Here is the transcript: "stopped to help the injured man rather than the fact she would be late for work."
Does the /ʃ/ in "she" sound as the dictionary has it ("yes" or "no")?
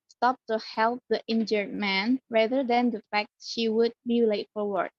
yes